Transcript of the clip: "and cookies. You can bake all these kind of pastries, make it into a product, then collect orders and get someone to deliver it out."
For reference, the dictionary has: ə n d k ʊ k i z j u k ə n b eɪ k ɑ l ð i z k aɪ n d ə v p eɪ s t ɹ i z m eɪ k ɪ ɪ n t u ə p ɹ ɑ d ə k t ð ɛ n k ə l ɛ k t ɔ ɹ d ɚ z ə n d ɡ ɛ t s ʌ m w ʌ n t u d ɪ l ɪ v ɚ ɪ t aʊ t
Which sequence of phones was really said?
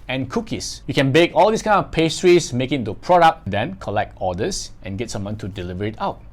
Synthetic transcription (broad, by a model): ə n k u k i s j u k ə n b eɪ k ɑ l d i s k aɪ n ə f p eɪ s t ɹ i s m eɪ k ɪ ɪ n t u p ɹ ɑ d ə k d ɛ n k ə l ɛ k t ɔ d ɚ s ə n ɡ ɛ t s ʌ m w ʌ n t u d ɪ l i v ɚ ɪ t aʊ t